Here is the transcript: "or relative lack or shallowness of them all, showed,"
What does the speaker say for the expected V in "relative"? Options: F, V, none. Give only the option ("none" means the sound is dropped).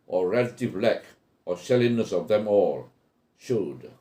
V